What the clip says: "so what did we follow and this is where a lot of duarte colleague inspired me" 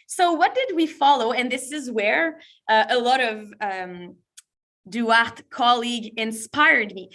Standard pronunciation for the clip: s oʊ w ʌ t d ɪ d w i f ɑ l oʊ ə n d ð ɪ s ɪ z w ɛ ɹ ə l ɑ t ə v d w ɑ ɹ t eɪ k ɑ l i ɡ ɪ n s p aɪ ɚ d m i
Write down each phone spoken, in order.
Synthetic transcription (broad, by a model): s oʊ w ʌ t d ɪ d w i f ɑ l oʊ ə n ð ɪ s ɪ z w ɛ ɹ ə l ɑ t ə v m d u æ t k ɑ l i ɡ ɪ n s p aɪ ɚ d m i